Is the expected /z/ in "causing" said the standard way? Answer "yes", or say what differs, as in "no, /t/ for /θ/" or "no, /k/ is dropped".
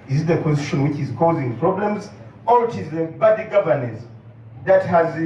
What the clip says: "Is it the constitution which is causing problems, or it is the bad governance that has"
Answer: yes